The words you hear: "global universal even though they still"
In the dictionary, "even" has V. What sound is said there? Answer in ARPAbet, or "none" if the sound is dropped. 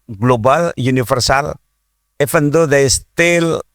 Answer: F